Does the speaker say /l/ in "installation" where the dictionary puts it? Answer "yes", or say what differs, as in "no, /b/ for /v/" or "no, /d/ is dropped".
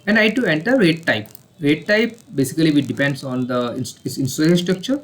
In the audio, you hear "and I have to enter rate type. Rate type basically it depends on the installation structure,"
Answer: no, /n/ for /l/